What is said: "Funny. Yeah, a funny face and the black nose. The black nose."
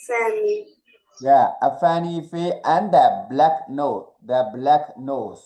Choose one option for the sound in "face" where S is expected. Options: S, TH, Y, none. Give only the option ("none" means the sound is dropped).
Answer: none